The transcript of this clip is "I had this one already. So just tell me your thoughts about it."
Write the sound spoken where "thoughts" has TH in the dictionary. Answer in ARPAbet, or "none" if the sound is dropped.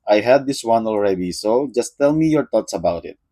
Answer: T